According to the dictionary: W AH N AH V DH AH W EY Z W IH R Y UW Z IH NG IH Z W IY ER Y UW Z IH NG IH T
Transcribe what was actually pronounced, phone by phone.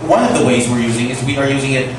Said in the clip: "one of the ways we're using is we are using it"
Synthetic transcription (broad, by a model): W AH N AH V DH AH W EY Z W IH R Y UW Z IH NG IH Z W IY ER Y UW Z IH NG IH T